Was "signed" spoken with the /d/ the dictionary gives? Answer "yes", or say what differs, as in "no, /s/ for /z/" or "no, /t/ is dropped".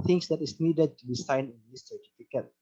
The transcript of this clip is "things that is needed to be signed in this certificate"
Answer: no, /d/ is dropped